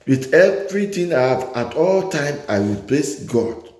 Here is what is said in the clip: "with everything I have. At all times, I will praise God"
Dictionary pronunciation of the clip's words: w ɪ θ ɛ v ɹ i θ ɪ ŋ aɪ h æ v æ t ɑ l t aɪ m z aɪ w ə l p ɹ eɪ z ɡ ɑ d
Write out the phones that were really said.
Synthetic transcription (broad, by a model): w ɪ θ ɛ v ɹ i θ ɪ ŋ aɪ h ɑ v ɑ t ɑ l t aɪ m aɪ w ə l p l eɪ s ɡ ɑ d